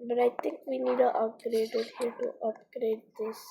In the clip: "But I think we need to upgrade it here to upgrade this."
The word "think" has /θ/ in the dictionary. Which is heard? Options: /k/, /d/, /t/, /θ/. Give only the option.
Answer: /t/